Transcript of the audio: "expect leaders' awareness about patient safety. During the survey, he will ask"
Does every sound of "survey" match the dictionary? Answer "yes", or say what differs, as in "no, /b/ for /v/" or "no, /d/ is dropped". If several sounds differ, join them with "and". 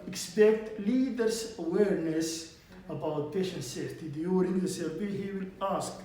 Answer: no, /b/ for /v/